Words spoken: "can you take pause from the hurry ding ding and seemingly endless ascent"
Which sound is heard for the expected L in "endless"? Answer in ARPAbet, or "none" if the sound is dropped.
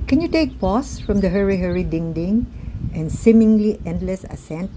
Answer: L